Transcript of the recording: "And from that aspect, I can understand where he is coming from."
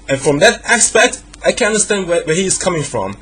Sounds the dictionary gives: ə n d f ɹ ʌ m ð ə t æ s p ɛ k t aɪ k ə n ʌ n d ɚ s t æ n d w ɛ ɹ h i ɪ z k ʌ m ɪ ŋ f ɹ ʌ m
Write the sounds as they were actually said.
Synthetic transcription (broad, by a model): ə n f ɹ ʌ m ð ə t æ s p ɛ k t aɪ k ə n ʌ n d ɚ s t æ n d w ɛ w h i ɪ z k ʌ m ɪ ŋ f ɹ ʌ m